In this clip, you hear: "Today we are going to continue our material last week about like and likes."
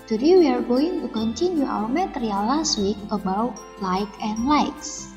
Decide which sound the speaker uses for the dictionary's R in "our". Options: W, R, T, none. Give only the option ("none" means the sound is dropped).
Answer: W